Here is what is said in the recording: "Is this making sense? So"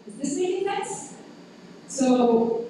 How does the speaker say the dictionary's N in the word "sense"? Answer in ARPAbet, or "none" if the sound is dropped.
none